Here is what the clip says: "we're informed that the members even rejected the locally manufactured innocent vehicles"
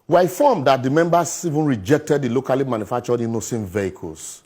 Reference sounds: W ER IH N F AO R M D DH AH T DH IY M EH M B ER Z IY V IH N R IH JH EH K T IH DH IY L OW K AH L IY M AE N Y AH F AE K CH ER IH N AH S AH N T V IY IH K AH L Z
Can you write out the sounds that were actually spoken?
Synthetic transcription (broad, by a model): W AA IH F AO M D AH T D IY M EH M B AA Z IY V IH N R IH JH EH K T IH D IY L OW K AH L IY M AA N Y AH F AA K CH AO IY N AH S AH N V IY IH K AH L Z